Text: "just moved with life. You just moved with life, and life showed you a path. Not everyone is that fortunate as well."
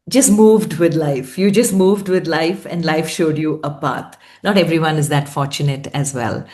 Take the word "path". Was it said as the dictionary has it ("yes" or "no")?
no